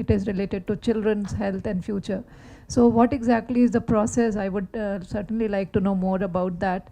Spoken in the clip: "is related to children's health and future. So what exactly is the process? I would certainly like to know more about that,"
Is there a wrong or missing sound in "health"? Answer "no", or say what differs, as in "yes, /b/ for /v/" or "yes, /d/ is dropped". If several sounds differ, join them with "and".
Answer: yes, /t/ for /θ/